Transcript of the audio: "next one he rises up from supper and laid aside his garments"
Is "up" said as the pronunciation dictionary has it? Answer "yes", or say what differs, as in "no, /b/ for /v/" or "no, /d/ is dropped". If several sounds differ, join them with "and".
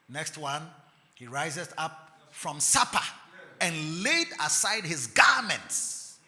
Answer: yes